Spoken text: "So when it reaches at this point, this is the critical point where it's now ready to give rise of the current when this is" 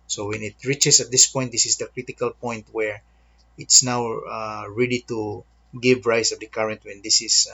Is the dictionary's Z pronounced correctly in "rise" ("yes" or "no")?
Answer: no